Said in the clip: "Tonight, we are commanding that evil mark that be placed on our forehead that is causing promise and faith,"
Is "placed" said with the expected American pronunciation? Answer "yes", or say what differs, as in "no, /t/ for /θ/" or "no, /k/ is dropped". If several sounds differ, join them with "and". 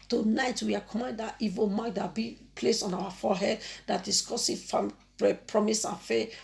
no, /t/ is dropped